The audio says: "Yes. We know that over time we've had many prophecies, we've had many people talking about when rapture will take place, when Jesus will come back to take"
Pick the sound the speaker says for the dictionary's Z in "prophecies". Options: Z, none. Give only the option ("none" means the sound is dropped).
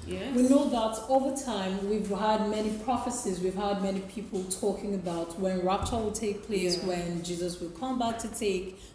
Z